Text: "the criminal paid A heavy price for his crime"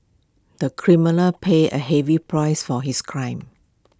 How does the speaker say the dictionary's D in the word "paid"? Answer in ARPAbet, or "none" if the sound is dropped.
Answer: none